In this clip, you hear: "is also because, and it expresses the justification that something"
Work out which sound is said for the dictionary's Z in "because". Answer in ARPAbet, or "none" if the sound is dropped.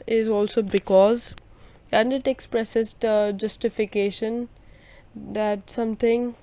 Z